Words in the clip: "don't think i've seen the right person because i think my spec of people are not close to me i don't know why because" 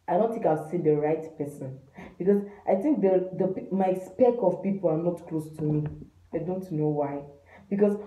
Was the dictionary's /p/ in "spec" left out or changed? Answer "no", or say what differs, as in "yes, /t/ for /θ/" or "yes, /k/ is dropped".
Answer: no